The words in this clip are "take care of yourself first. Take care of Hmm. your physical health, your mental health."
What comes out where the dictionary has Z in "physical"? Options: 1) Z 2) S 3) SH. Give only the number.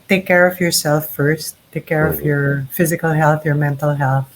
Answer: 1